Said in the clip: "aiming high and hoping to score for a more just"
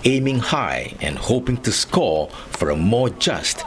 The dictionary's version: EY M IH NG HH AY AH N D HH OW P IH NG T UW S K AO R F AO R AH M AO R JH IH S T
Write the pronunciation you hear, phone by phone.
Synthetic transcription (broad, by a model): EY M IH NG HH AY AH N D HH OW P IH NG T UW S K AO L F AO R AH M AO R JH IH S T